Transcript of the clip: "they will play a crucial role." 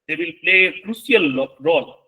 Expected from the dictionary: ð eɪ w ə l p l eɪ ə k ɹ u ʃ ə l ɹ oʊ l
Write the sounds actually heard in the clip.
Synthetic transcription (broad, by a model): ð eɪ w ə l p l eɪ k ɹ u s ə l ɹ oʊ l